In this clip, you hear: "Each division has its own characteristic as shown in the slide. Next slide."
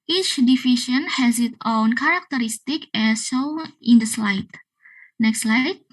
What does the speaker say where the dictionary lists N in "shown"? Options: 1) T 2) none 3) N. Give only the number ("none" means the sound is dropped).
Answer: 2